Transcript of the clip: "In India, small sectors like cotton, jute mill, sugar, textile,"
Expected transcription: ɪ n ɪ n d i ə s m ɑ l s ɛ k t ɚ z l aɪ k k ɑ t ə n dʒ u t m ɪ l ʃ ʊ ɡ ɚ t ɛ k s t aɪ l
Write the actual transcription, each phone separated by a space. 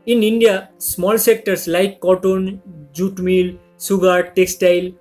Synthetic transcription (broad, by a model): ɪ n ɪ n d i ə s m ɑ l s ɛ k t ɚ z l aɪ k k ɑ t ə n dʒ u t m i l s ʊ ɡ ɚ t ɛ k s t aɪ l